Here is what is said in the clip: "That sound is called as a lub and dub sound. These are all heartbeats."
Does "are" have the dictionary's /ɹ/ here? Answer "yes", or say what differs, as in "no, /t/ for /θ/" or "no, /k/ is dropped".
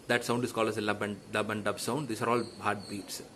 yes